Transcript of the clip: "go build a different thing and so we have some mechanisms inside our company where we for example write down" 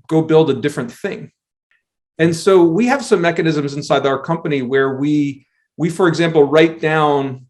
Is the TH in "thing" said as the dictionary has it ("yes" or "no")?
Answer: yes